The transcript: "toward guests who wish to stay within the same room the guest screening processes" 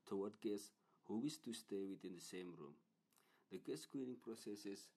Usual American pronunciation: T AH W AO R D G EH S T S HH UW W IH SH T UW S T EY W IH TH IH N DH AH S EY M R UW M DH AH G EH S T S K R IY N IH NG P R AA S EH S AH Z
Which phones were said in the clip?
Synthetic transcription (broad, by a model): T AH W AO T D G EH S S HH UW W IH S T UW S T EY W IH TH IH N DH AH S EY M R UW M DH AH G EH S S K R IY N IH NG P R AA S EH S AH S